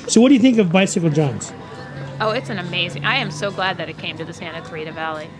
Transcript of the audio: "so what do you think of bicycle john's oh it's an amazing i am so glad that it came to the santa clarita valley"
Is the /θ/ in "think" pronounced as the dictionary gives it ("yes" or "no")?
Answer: yes